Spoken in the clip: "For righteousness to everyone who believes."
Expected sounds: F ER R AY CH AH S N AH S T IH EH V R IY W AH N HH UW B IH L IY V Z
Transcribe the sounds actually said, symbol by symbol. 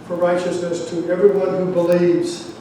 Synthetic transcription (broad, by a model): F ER R AY CH AH S N AH S T IH EH V R IY W AH N HH UW B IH L IY V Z